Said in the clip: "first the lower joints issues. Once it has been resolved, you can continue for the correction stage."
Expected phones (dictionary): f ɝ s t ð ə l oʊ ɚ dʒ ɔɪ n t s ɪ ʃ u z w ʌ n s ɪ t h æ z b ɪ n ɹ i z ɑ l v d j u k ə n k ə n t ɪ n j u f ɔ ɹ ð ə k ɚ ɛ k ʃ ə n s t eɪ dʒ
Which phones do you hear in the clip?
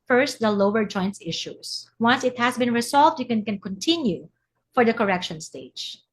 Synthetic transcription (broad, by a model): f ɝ s t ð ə l oʊ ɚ dʒ ɔɪ n t s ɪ ʃ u s w ʌ n s ɪ t h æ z b ɪ n ɹ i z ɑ l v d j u k ə n k ə n t ɪ n j u f ɔ ɹ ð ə k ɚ ɛ k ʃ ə n s t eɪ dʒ